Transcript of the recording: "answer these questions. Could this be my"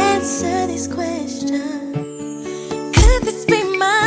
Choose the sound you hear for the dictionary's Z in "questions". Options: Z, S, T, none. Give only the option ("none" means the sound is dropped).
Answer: none